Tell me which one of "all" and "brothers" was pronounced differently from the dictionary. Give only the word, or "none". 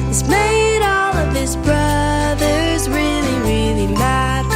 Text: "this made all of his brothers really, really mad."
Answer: none